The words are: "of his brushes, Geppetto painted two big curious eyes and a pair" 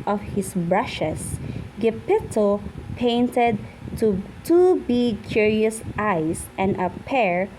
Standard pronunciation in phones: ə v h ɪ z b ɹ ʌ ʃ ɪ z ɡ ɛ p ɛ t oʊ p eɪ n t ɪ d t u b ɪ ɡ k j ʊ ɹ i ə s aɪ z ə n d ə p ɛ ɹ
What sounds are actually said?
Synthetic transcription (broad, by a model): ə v h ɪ s b ɹ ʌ ʃ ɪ s ɡ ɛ p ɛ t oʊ p eɪ n t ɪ d t u b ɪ ɡ k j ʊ ɹ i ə s aɪ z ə n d ə p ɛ ɹ